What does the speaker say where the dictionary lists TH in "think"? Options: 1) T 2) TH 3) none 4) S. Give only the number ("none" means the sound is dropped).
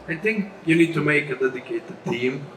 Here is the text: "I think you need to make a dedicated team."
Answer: 1